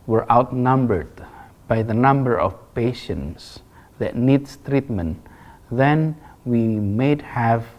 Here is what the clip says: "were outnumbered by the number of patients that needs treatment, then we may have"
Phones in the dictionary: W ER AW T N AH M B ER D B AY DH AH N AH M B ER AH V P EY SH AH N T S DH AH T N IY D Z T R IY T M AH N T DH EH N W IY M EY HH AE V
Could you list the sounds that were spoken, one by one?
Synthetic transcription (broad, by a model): W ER AW T N AH M B ER D B AY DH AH N AH M B ER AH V P EY SH AH N T S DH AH T N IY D S T R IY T M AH N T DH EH N W IY M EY HH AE V